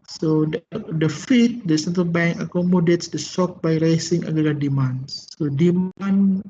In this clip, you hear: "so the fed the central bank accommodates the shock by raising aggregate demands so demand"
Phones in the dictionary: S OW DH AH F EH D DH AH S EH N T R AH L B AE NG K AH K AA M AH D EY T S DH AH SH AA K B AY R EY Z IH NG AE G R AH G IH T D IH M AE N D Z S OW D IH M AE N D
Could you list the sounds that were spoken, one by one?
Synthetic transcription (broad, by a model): S OW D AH F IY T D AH S EH N T R AH L B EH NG K AH K AA M AH D EY T S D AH S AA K B AY R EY S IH NG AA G AH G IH D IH M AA N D S OW D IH M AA N